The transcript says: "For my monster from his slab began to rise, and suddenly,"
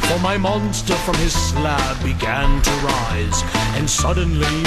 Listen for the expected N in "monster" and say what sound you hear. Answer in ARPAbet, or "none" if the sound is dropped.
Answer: N